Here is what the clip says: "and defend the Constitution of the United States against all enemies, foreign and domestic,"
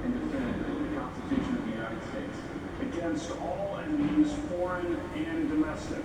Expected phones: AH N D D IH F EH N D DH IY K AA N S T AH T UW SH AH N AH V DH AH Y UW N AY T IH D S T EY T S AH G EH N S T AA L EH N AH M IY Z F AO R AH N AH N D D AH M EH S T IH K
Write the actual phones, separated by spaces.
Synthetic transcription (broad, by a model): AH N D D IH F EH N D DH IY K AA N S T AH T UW SH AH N AH V DH AH Y UW N AY T IH D S T EY T S AH G EH N S T AA L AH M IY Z F AO R AH N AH N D D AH M EH S T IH K